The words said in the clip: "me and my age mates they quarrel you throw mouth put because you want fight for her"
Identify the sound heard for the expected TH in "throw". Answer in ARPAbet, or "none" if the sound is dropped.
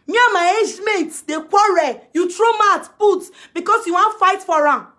T